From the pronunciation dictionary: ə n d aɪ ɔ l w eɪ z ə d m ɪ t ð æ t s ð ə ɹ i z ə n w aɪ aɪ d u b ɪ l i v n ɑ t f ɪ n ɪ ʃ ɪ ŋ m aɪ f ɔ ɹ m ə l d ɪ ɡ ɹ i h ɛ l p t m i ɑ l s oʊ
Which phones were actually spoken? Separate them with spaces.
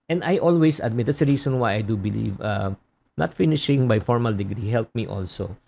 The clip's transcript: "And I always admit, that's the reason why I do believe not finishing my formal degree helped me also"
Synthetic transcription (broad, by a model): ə n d aɪ ɔ l w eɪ s ə d m ɪ t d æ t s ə ɹ i s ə n w aɪ aɪ d u b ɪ l i v n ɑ t f ɪ n ɪ ʃ ɪ ŋ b aɪ f ɔ ɹ m ə l d ɪ ɡ ɹ i h ɛ l p m i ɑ l s oʊ